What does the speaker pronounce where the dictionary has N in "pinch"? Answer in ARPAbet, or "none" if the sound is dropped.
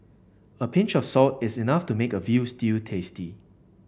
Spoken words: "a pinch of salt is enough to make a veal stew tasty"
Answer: N